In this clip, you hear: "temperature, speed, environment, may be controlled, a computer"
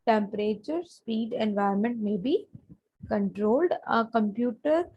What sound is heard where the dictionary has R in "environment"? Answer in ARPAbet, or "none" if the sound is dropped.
none